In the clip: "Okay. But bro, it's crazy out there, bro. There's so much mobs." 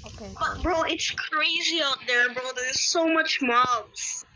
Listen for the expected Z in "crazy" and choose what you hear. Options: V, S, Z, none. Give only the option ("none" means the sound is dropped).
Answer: Z